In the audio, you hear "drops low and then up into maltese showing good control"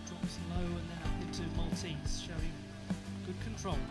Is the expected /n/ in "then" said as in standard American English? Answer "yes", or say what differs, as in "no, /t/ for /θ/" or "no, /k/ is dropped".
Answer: no, /n/ is dropped